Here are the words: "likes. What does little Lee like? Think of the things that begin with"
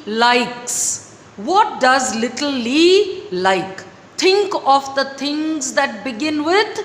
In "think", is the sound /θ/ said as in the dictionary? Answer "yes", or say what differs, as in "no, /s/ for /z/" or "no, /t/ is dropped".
no, /t/ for /θ/